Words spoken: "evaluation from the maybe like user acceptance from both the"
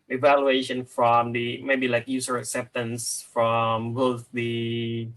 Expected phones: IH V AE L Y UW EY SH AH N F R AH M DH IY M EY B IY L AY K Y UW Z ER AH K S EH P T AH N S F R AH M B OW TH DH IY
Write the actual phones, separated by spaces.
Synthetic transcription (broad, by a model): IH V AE L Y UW EY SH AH N F R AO M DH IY M EY B IY L AY K Y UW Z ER AH K S EH P T AH N S F R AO M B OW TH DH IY